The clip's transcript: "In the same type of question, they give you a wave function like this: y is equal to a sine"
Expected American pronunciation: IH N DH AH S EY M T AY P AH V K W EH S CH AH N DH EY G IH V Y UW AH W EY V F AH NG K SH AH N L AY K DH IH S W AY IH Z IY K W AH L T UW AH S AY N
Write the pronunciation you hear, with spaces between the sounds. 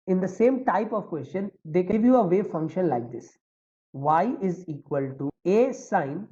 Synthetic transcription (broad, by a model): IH N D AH S EY M T AY P AH V K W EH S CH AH N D EY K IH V Y UW AH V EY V F AH NG K SH AH N L AY K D IH S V AY IH Z IY K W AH L T UW AH S AY N